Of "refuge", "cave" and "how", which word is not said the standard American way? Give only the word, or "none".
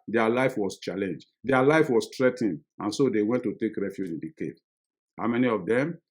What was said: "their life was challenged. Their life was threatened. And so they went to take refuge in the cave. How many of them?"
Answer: cave